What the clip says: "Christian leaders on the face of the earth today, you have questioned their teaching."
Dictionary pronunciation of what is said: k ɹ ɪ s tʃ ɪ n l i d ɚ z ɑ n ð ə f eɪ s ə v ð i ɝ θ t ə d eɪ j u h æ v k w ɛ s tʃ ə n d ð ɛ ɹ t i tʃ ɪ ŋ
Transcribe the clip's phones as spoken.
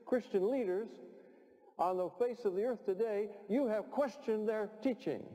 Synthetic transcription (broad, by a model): k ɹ ɪ s tʃ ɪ n l i d ɚ z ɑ n ð ə f eɪ s ə v ð i ɝ θ t ə d eɪ j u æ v k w ɛ s tʃ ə n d ð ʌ ɹ t i tʃ ɪ ŋ